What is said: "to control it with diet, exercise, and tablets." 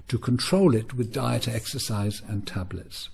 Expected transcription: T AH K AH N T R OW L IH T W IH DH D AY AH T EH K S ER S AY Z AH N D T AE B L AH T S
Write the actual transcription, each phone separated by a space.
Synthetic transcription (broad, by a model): T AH K AH N T R OW L IH T W IH DH D AY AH T EH K S ER S AY Z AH N T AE B L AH T S